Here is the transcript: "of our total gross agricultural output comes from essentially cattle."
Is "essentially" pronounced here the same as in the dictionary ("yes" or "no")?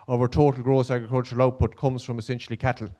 yes